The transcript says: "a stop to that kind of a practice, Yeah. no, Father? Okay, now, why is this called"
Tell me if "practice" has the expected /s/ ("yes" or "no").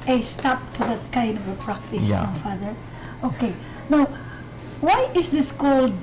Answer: no